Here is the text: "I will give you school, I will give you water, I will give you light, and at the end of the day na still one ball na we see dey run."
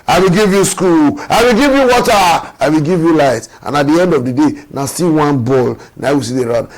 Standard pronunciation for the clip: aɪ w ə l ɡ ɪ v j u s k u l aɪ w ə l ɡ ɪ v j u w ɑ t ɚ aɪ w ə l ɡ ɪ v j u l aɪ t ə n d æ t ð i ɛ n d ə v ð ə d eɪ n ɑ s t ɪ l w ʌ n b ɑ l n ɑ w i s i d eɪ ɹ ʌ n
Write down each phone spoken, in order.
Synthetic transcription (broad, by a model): aɪ w ə l ɡ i v j u s k u l aɪ w ə l ɡ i v j u w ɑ t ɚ aɪ w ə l ɡ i v j u l aɪ t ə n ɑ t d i ɛ n d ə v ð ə d eɪ n ɑ s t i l w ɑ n b ɑ l n ɑ w i s i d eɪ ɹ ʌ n